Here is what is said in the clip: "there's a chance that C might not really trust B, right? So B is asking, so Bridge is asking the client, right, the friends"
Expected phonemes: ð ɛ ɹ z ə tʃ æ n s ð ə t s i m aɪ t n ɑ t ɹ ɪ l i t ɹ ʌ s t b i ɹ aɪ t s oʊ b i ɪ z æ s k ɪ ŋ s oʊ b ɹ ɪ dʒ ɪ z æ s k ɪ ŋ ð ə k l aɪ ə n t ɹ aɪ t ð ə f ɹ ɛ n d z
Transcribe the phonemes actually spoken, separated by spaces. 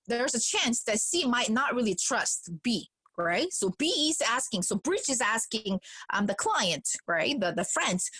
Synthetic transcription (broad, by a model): ð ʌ ɹ z ə tʃ æ n s ð ə t s i m aɪ t n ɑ t ɹ ɪ l i t ɹ ʌ s t b i ɹ aɪ t s oʊ b i ɪ z æ s k ɪ ŋ s oʊ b ɹ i tʃ ɪ z æ s k ɪ ŋ ð ə k l aɪ ə n t ɹ aɪ t ð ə f ɹ ɛ n d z